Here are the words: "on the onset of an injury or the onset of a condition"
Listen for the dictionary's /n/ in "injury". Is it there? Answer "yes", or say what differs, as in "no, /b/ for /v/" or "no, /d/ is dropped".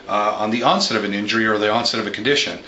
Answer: yes